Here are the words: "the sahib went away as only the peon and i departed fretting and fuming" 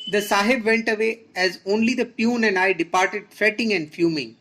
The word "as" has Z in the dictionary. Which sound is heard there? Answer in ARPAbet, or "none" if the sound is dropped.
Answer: Z